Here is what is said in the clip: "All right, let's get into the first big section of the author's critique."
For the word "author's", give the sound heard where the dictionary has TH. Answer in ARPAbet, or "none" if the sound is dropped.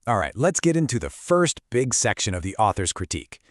TH